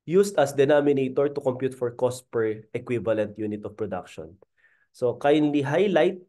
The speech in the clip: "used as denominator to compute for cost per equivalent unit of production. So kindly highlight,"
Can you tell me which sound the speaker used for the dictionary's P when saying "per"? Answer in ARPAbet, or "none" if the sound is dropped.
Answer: P